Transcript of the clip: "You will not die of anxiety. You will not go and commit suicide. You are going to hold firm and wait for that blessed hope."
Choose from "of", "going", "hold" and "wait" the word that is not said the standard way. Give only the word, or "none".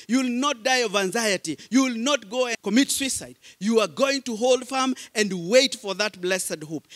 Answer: none